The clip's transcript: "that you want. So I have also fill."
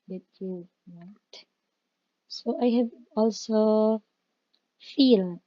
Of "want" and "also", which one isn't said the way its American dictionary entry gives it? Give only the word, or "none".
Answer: want